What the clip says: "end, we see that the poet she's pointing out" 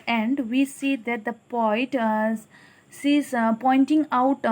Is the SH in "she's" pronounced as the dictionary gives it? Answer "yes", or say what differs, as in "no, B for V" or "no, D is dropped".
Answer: no, S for SH